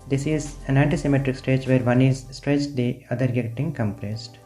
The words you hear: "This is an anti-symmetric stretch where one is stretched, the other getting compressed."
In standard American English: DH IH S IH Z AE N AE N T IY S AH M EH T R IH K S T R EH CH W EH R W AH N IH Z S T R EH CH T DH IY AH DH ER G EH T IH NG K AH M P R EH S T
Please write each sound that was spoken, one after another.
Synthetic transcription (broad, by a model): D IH S IH Z AE N AE N T IY S AH M EH T R IH K S T EH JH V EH R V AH N IH Z S T R EH CH T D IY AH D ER G EH T IH NG K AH M P R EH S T